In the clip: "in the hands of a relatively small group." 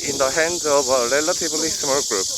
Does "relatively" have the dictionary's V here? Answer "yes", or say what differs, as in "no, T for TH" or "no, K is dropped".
no, B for V